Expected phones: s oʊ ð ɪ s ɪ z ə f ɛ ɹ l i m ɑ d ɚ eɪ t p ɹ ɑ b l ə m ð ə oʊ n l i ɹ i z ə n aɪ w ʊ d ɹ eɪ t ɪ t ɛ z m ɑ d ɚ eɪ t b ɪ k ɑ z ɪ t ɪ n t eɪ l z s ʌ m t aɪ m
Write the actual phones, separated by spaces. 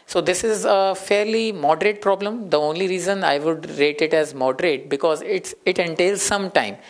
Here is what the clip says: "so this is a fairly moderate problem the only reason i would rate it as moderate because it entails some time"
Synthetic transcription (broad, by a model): s oʊ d ɪ s ɪ z ə f ɛ ɹ l i m ɑ d ɚ eɪ t p ɹ ɑ b l ə m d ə oʊ n l i ɹ i z ə n aɪ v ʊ d ɹ eɪ t ɪ t ɛ z m ɑ d ɚ eɪ t b ɪ k ɑ z ɪ t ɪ n t eɪ l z s ʌ m t aɪ m